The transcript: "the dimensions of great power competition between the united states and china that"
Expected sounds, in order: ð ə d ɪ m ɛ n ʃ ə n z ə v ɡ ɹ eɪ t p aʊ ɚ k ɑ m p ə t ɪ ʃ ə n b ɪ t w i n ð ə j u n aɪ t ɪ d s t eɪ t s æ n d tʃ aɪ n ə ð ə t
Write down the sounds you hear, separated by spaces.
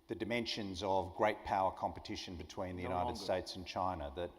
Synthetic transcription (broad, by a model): ð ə d ɪ m ɛ n ʃ ə n z ə v ɡ ɹ eɪ t p aʊ ɚ k ɑ m p ə t ɪ ʃ ə n b ɪ t w i n ð ə j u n aɪ t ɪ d s t eɪ t s n tʃ aɪ n ə ð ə t